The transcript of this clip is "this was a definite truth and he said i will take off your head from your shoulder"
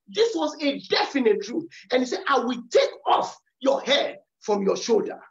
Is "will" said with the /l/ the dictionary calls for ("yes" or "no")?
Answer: yes